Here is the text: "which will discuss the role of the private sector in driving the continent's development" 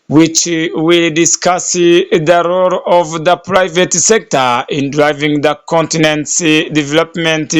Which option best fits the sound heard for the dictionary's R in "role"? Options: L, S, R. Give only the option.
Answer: R